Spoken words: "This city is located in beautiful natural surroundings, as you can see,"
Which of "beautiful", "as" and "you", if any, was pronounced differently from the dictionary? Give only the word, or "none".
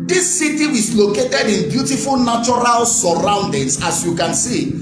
as